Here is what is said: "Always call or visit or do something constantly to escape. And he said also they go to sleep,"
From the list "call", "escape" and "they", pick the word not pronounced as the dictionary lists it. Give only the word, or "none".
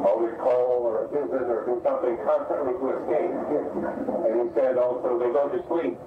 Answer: escape